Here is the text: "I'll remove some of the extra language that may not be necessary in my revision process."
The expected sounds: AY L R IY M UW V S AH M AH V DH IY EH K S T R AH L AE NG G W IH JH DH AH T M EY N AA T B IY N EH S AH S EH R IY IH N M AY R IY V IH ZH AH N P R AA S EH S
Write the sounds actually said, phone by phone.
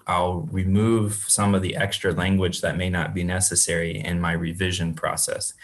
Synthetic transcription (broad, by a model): AY L R IY M UW V S AH M AH V DH IY EH K S T R AH L AE NG G W IH JH DH AH T M EY N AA T B IY N EH S AH S EH R IY IH N M AY R IY V IH ZH AH N P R AA S EH S